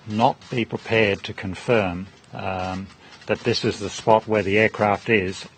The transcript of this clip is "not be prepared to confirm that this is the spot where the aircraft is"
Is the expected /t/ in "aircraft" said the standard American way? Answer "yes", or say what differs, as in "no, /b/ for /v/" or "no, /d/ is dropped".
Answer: yes